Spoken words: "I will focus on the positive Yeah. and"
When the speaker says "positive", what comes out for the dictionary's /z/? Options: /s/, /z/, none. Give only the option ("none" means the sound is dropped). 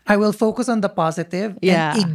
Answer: /z/